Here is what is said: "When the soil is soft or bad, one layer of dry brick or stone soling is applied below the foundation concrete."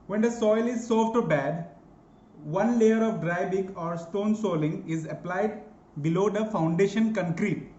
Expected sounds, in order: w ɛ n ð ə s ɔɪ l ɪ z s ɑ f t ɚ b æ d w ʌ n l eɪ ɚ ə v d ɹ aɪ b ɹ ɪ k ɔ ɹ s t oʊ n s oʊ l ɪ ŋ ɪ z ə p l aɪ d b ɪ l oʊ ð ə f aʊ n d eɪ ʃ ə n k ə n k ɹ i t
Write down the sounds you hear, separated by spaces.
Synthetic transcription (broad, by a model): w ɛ n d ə s ɔɪ l ɪ z s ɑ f t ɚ b æ d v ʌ n l eɪ ɚ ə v d ɹ aɪ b ɪ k ɔ ɹ s t oʊ n s oʊ l ɪ ŋ ɪ z ə p l aɪ d b ɪ l oʊ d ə f aʊ n d eɪ ʃ ə n k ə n k ɹ i t